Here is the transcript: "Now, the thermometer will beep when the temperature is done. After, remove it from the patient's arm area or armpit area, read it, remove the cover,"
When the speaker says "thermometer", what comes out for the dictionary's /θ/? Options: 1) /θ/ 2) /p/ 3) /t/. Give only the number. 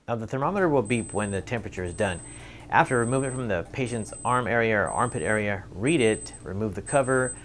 1